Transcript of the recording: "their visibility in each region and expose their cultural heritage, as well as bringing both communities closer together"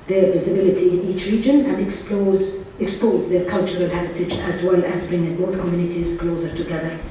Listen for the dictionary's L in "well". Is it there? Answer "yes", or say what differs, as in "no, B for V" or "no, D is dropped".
yes